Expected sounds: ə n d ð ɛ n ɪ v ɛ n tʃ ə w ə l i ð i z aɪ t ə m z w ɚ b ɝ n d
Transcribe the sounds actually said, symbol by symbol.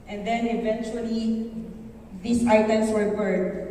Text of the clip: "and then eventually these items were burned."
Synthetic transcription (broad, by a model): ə n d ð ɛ n ɪ v ɛ n tʃ ə w ə l i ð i s aɪ t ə m s w ɚ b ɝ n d